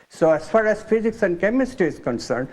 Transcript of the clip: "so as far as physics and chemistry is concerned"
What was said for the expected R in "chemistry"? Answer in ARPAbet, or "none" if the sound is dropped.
none